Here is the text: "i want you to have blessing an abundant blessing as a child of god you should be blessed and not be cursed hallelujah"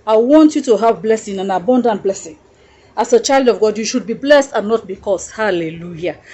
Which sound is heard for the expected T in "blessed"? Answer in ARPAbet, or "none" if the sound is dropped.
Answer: T